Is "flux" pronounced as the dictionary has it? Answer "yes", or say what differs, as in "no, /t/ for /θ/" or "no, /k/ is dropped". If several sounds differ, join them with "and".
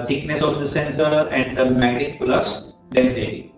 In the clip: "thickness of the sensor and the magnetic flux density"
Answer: no, /k/ is dropped